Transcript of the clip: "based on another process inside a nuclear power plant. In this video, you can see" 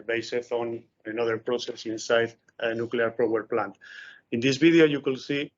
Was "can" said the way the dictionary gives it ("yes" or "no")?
no